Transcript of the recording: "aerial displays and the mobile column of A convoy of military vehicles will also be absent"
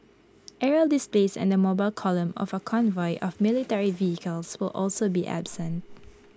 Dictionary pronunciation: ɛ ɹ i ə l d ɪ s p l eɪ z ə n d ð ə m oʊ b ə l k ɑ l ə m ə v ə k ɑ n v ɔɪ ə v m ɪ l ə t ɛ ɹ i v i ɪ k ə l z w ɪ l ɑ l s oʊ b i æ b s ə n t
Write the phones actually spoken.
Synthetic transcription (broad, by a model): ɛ ɹ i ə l d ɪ s p l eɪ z ə n d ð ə m oʊ b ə l k ɑ l ə m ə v ə k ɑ n v ɔɪ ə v m ɪ l ə t ɛ ɹ i v i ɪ k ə l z w ɪ l ɑ l s oʊ b i æ b s ə n t